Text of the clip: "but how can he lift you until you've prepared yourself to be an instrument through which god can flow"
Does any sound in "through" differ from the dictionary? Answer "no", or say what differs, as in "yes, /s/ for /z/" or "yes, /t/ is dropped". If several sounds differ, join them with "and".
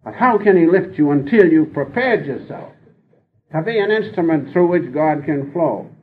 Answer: no